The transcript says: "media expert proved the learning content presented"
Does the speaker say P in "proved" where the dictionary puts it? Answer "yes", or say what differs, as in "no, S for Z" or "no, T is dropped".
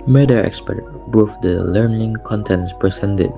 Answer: no, B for P